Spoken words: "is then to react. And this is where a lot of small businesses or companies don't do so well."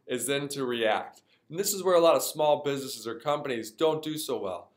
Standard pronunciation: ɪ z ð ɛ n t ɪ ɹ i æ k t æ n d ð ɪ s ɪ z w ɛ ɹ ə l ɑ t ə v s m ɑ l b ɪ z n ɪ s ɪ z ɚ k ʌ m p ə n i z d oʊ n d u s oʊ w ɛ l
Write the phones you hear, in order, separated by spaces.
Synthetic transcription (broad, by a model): ɪ z ð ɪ n t ɪ ɹ i æ k t n ð ɪ s ɪ z w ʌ ɹ ə l ɑ t ə v s m ɑ l b ɪ z n ɪ s ɪ z ɚ k ʌ m p ə n i z d oʊ n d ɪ s oʊ w ɛ l